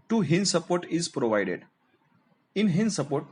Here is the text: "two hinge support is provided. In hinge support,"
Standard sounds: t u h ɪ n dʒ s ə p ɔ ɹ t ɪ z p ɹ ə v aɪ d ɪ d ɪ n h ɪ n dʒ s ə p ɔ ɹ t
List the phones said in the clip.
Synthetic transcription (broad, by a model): t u h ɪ n s ə p ɔ ɹ t ɪ z p ɹ ə v aɪ d ɪ d ɪ n h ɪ n s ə p ɔ ɹ t